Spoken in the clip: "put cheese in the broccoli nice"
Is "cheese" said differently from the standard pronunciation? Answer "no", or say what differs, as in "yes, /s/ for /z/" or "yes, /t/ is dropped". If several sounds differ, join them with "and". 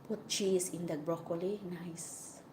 yes, /s/ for /z/